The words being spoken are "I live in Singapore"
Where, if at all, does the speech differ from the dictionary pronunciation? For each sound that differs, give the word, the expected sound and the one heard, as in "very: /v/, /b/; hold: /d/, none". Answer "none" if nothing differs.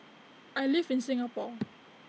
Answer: live: /v/, /f/